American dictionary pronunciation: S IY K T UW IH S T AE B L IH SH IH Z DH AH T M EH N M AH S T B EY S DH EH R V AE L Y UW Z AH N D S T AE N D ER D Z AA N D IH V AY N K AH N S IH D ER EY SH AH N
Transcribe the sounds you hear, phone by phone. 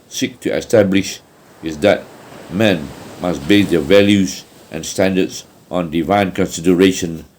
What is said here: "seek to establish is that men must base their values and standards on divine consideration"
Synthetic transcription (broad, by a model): S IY K T UW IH S T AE B L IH SH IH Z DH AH T M EH N M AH S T B EY S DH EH V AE L Y UW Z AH N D S T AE N D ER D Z AA N D IH V AY N K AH N S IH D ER EY SH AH N